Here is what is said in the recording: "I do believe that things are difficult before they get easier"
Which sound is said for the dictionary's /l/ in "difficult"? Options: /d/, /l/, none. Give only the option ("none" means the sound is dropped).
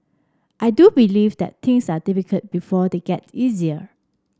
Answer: none